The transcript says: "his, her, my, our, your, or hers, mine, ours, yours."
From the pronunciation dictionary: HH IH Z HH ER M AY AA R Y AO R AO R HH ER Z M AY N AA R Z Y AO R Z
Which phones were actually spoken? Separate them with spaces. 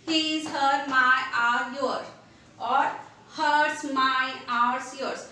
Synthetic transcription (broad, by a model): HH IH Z HH ER M AY AA R Y AO R AO R HH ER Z M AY AA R S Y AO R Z